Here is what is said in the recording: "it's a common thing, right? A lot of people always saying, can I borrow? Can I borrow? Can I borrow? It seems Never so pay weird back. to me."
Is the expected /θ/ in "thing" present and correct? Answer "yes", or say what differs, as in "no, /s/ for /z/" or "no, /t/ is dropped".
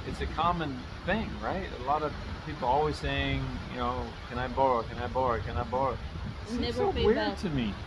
yes